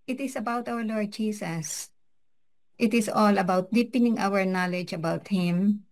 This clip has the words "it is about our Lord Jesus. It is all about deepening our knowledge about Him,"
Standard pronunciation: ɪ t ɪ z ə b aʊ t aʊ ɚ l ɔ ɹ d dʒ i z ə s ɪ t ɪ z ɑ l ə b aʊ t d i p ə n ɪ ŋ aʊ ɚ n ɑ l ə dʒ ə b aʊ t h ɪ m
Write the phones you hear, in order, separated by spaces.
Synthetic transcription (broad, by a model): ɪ t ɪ s ə b aʊ t aʊ ɚ l ɔ ɹ d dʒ i s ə s ɪ t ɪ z ɑ l ə b aʊ t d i p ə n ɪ ŋ aʊ ɚ n ɑ l ə dʒ ə b aʊ t h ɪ m